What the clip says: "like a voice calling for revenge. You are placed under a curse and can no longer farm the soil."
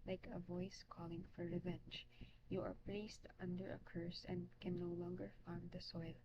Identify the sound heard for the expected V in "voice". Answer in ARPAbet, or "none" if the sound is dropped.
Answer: V